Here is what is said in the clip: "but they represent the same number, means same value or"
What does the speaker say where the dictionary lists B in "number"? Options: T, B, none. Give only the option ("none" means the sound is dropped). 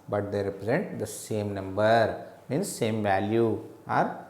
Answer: B